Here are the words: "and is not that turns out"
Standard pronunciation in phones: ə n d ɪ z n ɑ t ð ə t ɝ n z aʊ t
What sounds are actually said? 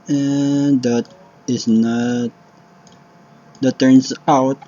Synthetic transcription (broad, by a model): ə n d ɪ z n ɑ t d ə t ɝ n s aʊ t